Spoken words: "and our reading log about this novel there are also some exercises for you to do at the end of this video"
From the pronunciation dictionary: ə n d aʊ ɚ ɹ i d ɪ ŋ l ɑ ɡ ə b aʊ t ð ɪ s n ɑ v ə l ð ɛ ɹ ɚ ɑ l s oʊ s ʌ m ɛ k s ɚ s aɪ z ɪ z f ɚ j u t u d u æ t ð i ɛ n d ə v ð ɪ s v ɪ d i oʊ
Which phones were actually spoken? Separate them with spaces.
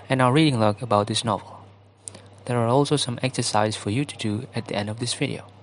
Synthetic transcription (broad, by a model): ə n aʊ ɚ ɹ i d ɪ ŋ l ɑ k ə b aʊ t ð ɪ s n ɑ v ə l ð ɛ ɹ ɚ ɑ l s oʊ s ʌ m ɛ k s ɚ s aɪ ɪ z f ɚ j u t u d u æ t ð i ɛ n d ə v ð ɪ s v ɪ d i oʊ